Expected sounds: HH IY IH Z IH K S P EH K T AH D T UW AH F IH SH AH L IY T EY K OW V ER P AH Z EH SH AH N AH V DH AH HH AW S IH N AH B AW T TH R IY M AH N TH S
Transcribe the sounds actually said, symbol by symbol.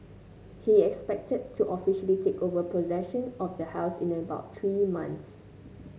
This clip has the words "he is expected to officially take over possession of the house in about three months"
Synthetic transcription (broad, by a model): HH IY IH K S P EH K T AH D T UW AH F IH SH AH L IY T EY K OW V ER P AH Z EH SH AH N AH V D AH HH AW S IH N AH B AW T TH R IY M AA N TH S